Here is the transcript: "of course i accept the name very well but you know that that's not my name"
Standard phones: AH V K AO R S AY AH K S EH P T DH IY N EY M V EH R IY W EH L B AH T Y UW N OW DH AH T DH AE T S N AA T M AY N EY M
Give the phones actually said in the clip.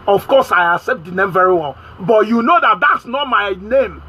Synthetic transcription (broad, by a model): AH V K AO S AY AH S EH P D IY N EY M V EH R IY W EH L B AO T Y UW N OW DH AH T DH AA T S N AA T M AY N EY M